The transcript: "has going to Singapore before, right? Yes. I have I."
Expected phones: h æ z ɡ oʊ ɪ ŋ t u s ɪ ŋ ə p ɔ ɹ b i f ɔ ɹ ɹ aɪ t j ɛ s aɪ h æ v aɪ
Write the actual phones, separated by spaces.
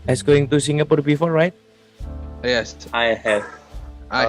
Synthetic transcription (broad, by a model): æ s ɡ oʊ ɪ ŋ t u s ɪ ŋ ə p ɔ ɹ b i f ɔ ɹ ɹ aɪ t j ɛ s aɪ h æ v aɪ